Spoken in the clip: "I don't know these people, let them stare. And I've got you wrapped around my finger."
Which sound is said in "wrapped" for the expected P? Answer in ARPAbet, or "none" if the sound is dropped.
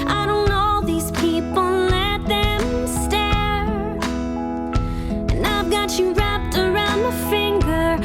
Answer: P